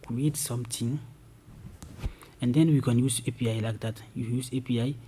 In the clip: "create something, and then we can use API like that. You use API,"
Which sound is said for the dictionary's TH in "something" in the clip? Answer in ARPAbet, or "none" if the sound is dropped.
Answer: T